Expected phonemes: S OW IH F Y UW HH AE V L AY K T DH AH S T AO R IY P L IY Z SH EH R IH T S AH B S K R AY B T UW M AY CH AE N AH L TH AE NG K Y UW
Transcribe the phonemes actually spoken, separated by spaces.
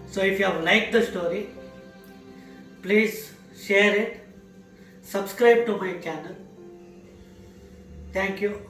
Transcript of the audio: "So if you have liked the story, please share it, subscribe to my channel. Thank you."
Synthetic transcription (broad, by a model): S OW IH F Y UW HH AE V L AY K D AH S T AO R IY P L IY Z SH EH R IH T S AH B S K R AY B T UW M AY CH AE N AH L T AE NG K Y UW